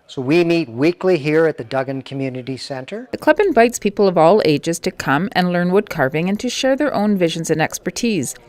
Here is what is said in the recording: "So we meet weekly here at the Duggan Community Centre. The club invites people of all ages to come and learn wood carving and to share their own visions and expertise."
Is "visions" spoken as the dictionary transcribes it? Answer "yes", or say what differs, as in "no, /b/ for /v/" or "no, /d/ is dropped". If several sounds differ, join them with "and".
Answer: yes